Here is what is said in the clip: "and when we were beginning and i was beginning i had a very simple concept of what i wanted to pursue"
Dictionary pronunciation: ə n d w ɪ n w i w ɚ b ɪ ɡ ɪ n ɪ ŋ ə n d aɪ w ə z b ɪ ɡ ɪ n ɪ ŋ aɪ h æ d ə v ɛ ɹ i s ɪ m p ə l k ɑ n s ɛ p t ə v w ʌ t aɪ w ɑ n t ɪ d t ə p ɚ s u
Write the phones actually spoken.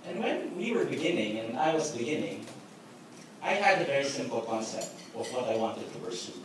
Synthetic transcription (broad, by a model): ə n w ɪ n w i w ɚ b ɪ ɡ ɪ n ɪ ŋ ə n aɪ w ə z b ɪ ɡ ɪ n ɪ ŋ aɪ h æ d ə v ɛ ɹ i s ɪ m p l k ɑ n s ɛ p t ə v w ʌ t aɪ w ɑ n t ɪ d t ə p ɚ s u